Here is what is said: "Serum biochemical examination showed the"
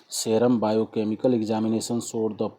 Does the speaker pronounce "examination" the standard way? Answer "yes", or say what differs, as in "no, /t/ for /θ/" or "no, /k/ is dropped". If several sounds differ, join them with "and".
no, /s/ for /ʃ/